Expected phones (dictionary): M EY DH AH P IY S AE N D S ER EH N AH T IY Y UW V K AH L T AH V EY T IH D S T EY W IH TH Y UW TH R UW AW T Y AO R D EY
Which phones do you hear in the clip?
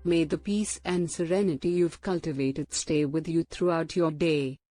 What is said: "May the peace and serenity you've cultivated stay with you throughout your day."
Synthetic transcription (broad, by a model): M EY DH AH P IY S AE N D S ER EH N AH T IY Y UW V K AH L T AH V EY T IH D S T EY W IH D Y UW T R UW AW T Y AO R D EY